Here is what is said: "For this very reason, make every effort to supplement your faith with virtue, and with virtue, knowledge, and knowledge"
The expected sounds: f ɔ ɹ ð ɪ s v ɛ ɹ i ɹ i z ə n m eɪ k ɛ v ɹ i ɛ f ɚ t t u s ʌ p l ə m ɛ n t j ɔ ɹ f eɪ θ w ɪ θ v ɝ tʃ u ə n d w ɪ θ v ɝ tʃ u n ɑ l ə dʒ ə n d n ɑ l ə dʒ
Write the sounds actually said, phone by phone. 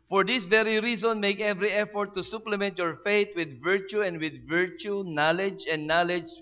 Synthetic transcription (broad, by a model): f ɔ ɹ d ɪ s v ɛ ɹ i ɹ i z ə n m eɪ k ɛ v ɹ i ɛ f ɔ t t u s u p l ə m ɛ n t j ɔ ɹ f eɪ t w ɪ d v ɝ tʃ u ə n d w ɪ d v ɝ tʃ u n ɑ l ə dʒ ə n d n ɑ l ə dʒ